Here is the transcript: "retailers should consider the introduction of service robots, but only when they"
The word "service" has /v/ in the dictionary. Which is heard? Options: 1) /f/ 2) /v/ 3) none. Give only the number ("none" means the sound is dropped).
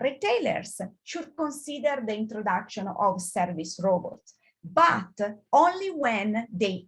2